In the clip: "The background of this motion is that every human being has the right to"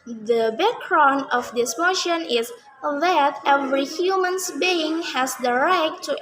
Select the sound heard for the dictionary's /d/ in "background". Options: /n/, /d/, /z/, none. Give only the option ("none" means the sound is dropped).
none